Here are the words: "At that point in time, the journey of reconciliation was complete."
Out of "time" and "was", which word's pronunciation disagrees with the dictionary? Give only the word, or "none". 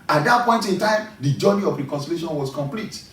was